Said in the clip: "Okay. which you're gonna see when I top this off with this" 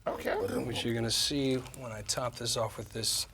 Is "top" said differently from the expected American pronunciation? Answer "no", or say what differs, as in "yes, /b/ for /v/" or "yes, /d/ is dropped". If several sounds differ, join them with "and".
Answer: no